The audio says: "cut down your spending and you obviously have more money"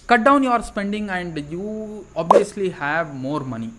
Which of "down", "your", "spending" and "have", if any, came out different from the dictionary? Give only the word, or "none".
none